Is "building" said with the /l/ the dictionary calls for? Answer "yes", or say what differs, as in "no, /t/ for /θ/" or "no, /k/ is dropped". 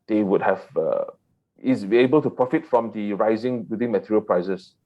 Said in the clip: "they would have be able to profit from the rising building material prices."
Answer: no, /l/ is dropped